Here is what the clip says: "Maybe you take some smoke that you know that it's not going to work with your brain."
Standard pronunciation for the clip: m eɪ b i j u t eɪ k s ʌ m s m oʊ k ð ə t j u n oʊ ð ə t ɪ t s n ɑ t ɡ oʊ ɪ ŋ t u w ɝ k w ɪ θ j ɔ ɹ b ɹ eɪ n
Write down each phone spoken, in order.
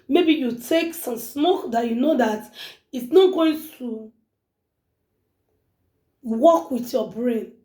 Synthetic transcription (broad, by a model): m eɪ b i j u t eɪ k s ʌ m s m oʊ k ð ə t j u n oʊ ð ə t ɪ t s n ɑ t ɡ oʊ ɪ ŋ t u w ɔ k w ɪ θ j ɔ b ɹ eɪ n